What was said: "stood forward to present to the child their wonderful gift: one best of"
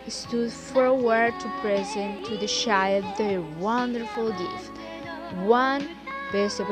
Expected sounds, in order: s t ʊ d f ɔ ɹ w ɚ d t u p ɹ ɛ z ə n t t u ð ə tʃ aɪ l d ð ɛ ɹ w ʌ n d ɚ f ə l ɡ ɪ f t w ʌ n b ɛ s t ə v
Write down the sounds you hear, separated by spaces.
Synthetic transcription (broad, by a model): s t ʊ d f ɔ ɹ w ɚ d t u p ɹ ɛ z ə n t t u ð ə ʃ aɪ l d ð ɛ w ʌ n d ɚ f ə l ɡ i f w ʌ n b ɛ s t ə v